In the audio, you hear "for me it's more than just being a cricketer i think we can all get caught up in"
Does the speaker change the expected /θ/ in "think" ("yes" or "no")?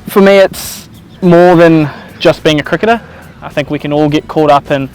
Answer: no